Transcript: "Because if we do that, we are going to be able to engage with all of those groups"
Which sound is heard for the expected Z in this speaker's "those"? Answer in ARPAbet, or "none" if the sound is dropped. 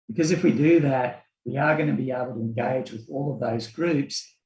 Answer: Z